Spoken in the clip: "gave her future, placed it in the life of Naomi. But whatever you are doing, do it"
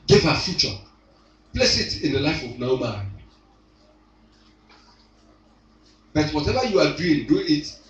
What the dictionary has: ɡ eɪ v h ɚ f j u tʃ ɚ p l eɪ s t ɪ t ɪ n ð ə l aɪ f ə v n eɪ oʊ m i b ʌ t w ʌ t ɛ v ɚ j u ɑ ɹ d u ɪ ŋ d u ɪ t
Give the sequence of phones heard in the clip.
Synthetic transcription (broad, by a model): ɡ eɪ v h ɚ f j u tʃ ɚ p l eɪ s ɪ t ɪ n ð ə l aɪ f ə v n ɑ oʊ m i b ʌ t w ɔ t ɛ v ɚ j u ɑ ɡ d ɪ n d u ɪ t